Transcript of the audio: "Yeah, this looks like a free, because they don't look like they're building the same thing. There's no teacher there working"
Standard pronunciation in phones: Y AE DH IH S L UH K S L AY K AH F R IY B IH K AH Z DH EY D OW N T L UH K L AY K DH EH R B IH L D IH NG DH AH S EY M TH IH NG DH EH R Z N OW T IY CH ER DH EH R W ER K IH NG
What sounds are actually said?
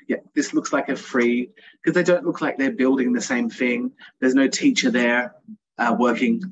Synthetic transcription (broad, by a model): Y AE DH IH S L UH K S L AY K AH F R IY K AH Z DH EY D OW N T L UH K L AY K DH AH R B IH L D IH NG DH AH S EY M TH IH NG DH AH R Z N OW T IY CH ER DH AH R W ER K IH NG